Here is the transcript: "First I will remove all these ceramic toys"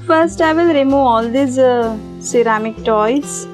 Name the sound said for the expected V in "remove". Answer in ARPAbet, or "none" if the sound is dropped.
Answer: none